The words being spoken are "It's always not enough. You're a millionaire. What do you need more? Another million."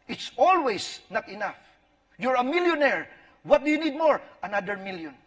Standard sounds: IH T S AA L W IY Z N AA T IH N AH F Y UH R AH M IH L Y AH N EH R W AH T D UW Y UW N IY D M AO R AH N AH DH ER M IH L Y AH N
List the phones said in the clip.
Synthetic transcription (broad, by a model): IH T S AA L W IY S N AA T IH N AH F Y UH R AH M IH L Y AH N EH R W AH T D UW Y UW N IY D M AO R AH N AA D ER M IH L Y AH N